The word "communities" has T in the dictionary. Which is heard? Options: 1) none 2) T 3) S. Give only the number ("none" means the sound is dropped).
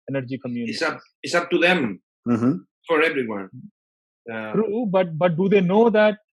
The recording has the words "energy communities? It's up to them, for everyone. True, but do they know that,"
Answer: 3